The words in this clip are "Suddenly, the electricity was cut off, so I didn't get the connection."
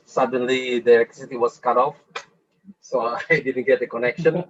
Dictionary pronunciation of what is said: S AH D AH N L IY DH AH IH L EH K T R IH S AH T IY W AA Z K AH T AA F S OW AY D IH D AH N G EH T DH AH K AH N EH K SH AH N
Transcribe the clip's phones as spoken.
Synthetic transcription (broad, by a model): S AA D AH N L IY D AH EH K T IH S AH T IY W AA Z K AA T AA F S OW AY D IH D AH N G EH T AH K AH N EH K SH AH N